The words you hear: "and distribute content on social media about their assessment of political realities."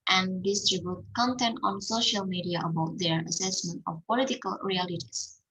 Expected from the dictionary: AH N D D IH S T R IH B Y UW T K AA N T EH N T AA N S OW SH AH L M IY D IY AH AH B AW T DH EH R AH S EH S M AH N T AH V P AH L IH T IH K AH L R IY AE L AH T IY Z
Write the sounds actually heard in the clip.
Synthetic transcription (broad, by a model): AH N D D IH S T R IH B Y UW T K AA N T EH N T AA N S OW SH AH L M IY D IY AH AH B AW T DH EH R AH S EH S M AH N T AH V P AH L IH T IH K AH L R IY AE L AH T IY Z